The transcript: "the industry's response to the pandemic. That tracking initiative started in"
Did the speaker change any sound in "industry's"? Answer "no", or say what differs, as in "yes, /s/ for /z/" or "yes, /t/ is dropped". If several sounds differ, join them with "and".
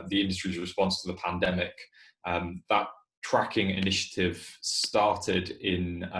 no